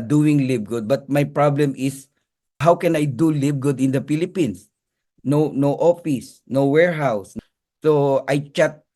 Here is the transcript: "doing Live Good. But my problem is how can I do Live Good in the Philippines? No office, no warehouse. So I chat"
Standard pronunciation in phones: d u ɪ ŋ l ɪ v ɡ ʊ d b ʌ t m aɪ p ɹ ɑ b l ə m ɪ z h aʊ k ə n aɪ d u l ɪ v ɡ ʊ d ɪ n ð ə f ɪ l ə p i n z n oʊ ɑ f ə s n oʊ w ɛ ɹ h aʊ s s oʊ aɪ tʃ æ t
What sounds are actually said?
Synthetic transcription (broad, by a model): d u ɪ ŋ l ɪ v ɡ ʊ d b ʌ t m aɪ p ɹ ɑ b l ə m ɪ s h aʊ k ə n aɪ d u l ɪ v ɡ ʊ d ɪ n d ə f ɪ l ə p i n s n oʊ ɑ f ə s n oʊ w ɛ ɹ h aʊ s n oʊ aɪ tʃ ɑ t